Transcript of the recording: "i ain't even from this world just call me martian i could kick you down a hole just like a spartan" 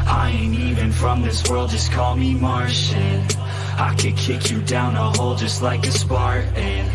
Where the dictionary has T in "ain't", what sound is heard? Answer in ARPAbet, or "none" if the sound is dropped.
none